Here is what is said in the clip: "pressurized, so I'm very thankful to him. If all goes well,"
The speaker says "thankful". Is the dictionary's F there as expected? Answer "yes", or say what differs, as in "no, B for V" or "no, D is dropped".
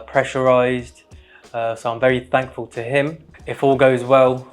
yes